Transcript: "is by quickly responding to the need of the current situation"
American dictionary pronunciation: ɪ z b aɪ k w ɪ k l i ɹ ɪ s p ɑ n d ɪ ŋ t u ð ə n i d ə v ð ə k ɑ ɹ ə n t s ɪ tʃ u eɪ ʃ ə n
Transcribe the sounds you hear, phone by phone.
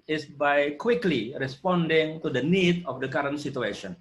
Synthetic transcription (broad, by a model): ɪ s b aɪ k w ɪ k l i ɹ ɪ s p ɑ n d ɪ ŋ t u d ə n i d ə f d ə k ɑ ɹ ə n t s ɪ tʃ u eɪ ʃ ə n